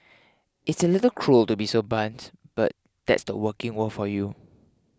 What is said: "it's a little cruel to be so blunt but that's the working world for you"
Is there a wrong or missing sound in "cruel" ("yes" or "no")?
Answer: no